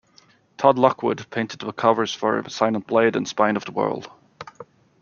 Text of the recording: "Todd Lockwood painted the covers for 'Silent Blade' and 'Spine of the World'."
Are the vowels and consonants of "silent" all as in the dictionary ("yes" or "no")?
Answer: no